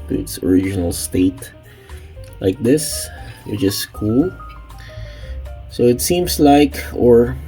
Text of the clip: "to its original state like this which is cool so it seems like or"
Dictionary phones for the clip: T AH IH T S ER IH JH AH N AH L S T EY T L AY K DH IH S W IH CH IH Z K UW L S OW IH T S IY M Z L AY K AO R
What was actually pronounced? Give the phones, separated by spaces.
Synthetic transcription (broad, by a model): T IH T S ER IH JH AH N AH L S T EY T L AY K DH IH S W IH CH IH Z K UW L S OW IH T S IY M S L AY K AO R